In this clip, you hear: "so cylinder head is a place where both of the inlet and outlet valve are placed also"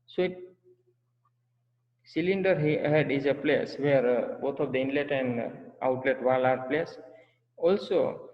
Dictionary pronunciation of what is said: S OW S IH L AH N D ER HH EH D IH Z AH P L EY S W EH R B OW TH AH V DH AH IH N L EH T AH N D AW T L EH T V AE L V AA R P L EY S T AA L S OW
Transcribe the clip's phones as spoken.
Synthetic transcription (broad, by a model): S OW S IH L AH N D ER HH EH D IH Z AH P L EY S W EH R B OW T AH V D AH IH N L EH T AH N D AW T L EH T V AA L AA R P L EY S AA L S OW